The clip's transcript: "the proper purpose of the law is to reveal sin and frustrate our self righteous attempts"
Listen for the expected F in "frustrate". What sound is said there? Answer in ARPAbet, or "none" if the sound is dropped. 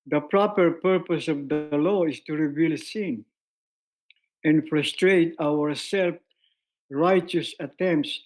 F